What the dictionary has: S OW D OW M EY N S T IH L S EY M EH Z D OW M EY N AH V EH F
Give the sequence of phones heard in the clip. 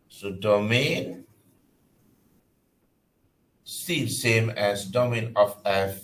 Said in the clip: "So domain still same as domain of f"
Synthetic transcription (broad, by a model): S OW D OW M EY N S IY N S EY M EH S D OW M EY N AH F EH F